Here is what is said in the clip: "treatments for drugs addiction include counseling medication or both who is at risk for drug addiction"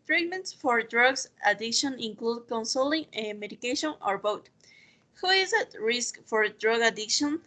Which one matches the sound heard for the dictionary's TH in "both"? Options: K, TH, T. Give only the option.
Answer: T